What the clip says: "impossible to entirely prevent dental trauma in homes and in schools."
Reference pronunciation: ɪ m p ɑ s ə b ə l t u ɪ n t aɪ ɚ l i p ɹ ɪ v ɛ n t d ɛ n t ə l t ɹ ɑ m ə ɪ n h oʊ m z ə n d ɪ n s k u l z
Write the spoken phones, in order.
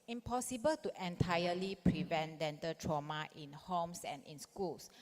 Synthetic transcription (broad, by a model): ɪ m p ɑ s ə b ə l t u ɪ n t aɪ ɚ l i p ɹ ɪ v ɛ n t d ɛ n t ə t ɹ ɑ m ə ɪ n h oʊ m s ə n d ɪ n s k u l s